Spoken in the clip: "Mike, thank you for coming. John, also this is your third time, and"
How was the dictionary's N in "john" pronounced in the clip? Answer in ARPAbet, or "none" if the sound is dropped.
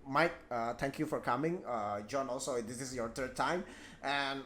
N